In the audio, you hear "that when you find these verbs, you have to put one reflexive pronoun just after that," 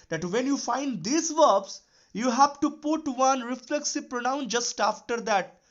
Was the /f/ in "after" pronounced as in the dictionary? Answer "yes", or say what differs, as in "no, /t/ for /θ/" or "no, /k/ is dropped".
yes